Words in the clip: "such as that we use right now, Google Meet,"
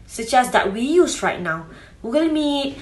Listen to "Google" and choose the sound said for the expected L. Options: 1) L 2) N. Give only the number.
2